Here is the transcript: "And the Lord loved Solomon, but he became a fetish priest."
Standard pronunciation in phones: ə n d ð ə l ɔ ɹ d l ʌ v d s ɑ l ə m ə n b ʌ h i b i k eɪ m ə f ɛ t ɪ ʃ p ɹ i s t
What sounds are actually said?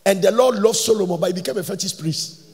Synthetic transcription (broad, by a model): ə n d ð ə l ɔ d l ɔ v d s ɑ l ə m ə n b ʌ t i b i k eɪ m ə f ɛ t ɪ s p ɹ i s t